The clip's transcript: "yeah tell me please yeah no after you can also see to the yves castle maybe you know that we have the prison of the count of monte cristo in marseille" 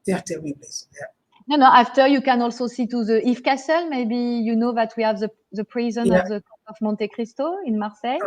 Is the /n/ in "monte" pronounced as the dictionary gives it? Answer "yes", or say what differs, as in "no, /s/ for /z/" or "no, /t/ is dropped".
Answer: yes